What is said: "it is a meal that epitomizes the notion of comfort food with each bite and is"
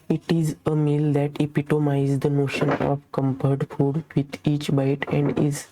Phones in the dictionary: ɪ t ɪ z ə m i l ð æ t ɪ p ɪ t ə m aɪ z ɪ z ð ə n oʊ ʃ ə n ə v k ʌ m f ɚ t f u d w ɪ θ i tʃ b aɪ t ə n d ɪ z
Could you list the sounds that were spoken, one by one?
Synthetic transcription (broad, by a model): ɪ t ɪ z ə m i l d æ t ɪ p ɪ t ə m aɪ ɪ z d ə n oʊ ʃ ə n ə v k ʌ m p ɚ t f u d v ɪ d i tʃ b aɪ t ə n d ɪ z